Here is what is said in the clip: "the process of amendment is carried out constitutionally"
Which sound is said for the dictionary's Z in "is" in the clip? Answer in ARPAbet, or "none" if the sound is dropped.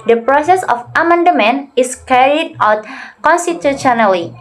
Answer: S